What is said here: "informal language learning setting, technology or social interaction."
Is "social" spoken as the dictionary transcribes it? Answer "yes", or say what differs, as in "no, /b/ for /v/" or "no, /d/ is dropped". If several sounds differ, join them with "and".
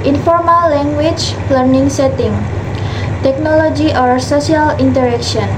no, /s/ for /ʃ/